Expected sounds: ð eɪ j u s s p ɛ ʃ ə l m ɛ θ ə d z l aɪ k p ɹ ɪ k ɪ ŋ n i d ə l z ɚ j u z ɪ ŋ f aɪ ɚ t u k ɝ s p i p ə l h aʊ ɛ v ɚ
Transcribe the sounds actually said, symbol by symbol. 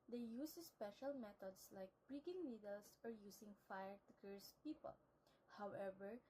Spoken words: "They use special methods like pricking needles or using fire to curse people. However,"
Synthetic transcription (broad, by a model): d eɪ j u s s p ɛ ʃ ə l m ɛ t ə d s l aɪ k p ɹ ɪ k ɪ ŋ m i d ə l s ɚ j u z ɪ ŋ f aɪ ɚ t u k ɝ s p i p ə l h aʊ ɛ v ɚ